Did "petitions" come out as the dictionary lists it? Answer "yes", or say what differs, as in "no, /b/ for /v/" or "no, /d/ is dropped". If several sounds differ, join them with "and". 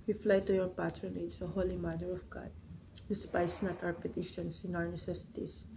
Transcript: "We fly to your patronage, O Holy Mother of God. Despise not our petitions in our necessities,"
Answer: no, /s/ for /z/